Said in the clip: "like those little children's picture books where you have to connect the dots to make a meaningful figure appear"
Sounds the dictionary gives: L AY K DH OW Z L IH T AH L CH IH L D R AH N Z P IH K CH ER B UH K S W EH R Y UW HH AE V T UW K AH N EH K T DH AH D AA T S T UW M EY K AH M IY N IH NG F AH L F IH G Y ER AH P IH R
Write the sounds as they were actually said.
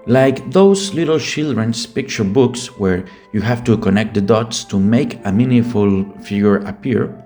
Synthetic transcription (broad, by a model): L AY K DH OW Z L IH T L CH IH L D R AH N S P IH K CH ER B UH K S W EH R Y UW HH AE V T UW K AH N EH K T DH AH D AA T S T UW M EY K AH M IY N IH F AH L F IH G Y ER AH P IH R